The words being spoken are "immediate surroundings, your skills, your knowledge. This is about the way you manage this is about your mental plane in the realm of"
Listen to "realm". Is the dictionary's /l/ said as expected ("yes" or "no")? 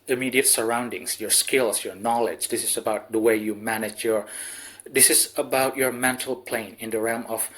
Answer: yes